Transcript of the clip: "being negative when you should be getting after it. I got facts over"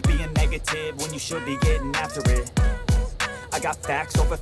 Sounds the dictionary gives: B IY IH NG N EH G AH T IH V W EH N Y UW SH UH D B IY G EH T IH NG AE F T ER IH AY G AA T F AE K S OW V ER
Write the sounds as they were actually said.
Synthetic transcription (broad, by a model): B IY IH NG N EH G AH T IH V W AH N Y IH SH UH D B IY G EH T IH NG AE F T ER IH AY G AA T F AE K S OW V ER